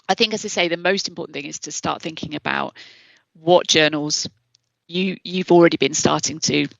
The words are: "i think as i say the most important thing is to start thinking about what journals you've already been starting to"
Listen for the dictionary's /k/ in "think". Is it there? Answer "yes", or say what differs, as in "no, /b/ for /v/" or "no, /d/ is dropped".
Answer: yes